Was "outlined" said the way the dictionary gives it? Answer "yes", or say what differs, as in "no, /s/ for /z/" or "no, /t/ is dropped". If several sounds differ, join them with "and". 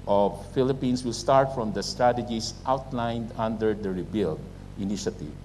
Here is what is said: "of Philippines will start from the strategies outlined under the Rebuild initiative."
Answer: yes